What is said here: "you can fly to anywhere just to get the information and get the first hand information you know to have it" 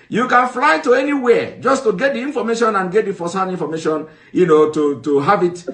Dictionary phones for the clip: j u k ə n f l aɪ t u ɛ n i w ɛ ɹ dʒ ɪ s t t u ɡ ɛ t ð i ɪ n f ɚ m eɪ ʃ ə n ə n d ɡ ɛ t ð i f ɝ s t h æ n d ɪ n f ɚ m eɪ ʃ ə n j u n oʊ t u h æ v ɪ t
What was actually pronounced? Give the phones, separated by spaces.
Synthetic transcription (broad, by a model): j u k ə n f l aɪ t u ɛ n i w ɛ dʒ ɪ s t t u ɡ ɛ t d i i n f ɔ m eɪ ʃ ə n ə n ɡ ɛ t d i f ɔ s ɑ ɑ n i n f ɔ m eɪ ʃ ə n j u n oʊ t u h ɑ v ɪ t